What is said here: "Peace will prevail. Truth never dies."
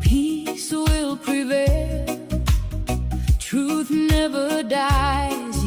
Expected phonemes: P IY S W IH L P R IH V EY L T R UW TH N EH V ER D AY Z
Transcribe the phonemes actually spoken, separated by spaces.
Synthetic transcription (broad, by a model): P IY S W IH L P R IH V EY L T R UW TH N EH V ER D AY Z